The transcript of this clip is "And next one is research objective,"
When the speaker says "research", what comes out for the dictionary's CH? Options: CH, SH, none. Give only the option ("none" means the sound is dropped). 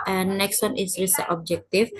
none